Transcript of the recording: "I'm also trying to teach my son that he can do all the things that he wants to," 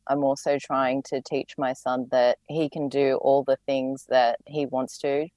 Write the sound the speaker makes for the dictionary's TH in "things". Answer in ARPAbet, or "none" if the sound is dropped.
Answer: TH